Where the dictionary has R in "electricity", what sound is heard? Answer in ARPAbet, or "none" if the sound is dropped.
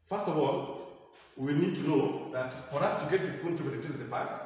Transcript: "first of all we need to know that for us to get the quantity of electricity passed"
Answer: none